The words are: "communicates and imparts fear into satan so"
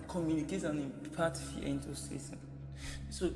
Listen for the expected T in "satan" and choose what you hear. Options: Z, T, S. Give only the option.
S